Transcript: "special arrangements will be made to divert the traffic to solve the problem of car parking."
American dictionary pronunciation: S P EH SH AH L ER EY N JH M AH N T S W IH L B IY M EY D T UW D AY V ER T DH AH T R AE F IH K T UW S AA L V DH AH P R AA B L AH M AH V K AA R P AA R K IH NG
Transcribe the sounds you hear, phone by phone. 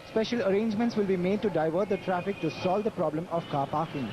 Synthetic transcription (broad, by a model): S P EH SH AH L ER EY N JH M AH N T S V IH L B IY M EY D T UW D AY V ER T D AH T R AE F IH K T UW S AA L V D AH P R AA B L AH M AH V K AA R P AA R K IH NG